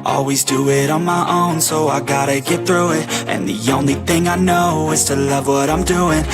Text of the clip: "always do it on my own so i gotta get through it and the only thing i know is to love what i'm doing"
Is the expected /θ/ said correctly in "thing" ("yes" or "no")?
yes